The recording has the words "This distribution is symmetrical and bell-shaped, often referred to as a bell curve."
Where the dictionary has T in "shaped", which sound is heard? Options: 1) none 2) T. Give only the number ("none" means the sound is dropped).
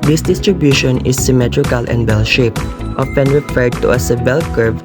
2